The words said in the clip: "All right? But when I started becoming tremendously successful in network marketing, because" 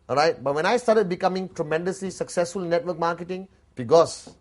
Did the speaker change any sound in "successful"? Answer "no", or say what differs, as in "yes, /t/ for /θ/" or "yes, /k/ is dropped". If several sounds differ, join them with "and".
no